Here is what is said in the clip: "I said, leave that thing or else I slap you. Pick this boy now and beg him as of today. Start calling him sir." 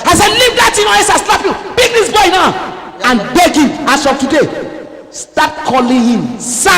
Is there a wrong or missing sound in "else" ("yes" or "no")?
yes